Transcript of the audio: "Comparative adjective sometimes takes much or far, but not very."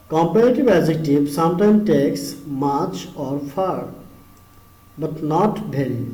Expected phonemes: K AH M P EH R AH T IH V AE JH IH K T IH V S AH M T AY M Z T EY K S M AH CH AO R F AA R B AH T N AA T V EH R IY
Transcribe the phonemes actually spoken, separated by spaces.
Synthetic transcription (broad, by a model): K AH M P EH R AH T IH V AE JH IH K T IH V S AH M T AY M T EY K S M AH CH AO R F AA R B AH T N AA T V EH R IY